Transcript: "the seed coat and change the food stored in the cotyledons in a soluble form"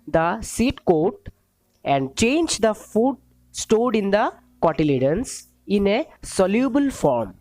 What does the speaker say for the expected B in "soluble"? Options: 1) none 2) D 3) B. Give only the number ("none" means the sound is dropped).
3